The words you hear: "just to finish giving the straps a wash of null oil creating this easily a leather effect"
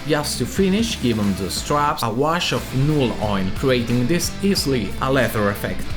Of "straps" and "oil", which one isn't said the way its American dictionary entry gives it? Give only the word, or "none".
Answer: oil